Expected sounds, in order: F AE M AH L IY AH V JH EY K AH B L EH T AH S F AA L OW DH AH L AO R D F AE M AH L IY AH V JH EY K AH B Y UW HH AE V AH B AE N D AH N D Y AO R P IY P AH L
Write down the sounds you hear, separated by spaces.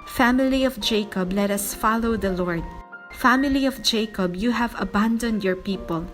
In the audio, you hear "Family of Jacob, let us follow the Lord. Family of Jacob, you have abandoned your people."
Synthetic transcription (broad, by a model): F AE M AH L IY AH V JH EY K AH B L EH T AH S F AA L OW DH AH L AO R D F AE M AH L IY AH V JH EY K AH B Y UW HH AE V AH B AE N D AH N D Y AO R P IY P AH L